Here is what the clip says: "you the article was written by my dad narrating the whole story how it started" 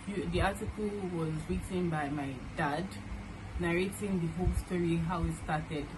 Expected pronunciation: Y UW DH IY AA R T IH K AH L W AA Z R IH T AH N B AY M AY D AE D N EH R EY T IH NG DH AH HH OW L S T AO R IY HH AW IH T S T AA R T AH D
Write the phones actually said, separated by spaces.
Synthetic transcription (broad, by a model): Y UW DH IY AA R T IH K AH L W AA Z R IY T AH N B AY M AY D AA D N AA R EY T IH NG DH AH HH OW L S T AO R IY HH AW IH T S T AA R T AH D